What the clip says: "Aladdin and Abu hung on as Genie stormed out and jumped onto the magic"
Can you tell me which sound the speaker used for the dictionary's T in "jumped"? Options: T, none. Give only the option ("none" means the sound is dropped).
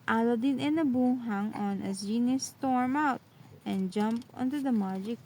none